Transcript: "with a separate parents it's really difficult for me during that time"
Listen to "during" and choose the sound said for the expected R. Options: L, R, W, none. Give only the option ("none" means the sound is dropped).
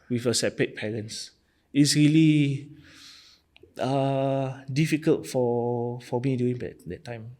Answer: none